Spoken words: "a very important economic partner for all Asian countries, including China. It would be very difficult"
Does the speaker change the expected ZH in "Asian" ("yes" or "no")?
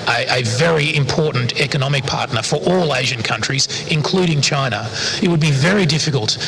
no